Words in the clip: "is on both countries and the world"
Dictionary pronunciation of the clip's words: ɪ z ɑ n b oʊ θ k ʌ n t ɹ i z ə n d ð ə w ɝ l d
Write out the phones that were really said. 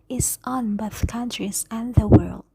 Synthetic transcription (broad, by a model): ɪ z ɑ n b oʊ θ k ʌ n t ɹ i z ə n ð ə w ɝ l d